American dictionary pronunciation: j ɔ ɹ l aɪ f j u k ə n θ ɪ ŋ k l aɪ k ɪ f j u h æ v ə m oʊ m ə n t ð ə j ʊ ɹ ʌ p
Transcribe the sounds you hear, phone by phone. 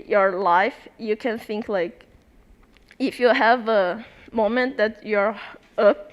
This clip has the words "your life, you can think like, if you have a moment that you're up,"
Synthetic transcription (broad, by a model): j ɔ ɹ l aɪ f j u k ə n θ ɪ ŋ k l aɪ k ɪ f j u h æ v ə m oʊ m ə n t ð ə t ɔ ɹ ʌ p